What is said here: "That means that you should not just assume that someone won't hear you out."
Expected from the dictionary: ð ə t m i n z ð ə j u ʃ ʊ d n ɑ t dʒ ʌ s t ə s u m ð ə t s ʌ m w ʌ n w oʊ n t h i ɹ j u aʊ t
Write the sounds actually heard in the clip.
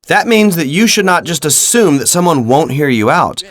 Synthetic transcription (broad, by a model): ð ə t m i n z ð ə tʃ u ʃ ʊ d n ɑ t dʒ ʌ s t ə s u m ð ə t s ʌ m w ʌ n w oʊ n t h i ɹ j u aʊ t